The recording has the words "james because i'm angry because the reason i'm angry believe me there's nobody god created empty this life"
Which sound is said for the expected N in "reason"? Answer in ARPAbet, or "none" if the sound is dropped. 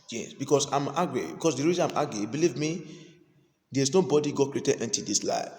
none